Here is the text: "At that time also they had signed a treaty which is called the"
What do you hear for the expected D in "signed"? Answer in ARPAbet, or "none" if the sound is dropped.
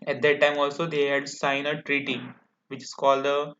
none